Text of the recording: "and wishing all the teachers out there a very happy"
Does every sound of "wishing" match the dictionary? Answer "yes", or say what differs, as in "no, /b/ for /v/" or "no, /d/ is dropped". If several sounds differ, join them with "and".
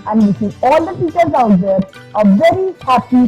no, /s/ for /ʃ/